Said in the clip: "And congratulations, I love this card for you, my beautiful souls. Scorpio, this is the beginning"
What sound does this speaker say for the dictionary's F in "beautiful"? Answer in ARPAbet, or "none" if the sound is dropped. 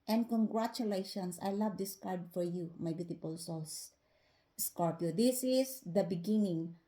P